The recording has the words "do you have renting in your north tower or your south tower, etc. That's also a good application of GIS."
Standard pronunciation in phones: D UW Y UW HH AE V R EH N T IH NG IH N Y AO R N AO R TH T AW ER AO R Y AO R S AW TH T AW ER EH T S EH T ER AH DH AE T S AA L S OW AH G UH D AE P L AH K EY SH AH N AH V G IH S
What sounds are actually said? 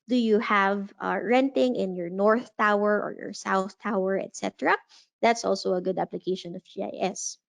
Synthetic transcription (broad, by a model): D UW Y UW HH AE V R EH N T IH NG IH N Y AO R N AO R TH T AW ER AO R Y AO R S AW TH T AW ER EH T S EH T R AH DH AE T S AA L S OW AH G UH D AE P L AH K EY SH AH N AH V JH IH S